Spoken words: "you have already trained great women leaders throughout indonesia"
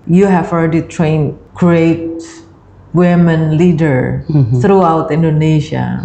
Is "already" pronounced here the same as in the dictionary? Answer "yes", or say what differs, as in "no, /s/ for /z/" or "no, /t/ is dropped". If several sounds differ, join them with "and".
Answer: no, /l/ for /ɹ/